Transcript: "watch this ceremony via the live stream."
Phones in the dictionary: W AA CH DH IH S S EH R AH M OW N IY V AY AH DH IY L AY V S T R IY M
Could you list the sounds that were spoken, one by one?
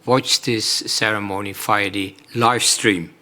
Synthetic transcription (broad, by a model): W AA CH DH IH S S EH R AH M OW N IY F AY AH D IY L AY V S T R IY M